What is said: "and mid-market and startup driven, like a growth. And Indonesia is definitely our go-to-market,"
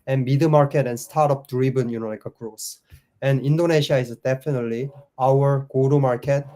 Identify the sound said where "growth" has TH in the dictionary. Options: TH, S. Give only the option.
S